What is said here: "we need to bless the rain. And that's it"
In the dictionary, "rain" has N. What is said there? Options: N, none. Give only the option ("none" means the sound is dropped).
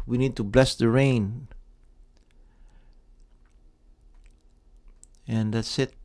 N